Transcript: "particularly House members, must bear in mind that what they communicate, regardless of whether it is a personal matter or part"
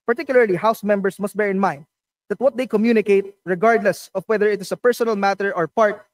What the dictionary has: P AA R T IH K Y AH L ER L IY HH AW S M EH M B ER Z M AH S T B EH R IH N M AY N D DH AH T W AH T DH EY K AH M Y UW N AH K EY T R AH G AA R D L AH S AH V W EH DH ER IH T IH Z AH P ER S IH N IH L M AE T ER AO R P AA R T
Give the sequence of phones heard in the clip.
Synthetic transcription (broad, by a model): P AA R T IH K Y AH L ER L IY HH AW S M EH M B ER S M AH S T B EH R IH N M AY N D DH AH T W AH T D EY K AH M Y UW N AH K EY T R AH G AA R D L AH S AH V W EH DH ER IH T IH S AH P ER S IH N IH L M AE T ER AO R P AA R T